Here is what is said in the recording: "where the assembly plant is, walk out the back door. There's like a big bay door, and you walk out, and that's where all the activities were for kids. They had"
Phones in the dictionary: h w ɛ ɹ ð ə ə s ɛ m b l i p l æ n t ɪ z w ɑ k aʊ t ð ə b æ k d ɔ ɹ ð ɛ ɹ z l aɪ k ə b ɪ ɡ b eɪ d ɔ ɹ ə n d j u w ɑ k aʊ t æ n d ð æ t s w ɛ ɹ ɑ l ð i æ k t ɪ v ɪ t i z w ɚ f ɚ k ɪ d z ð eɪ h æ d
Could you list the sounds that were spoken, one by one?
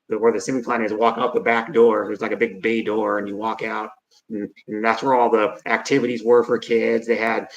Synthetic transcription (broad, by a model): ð w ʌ ɹ ð ə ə s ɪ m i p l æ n ɪ z w ɑ k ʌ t ð ə b æ k d ɔ ɹ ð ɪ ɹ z l aɪ k ə b ɪ ɡ b eɪ d ɔ ɹ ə n j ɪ w ɑ k aʊ t n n ð æ t s w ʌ ɹ ɑ l ð i æ k t ɪ v ɪ t i z w ɚ f ɚ k ɪ d z ð eɪ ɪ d